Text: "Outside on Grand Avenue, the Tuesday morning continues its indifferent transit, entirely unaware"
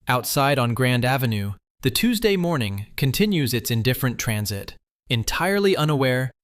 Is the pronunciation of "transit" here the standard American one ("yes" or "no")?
yes